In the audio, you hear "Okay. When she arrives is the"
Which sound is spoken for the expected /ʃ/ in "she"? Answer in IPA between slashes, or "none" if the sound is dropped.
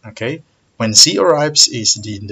/s/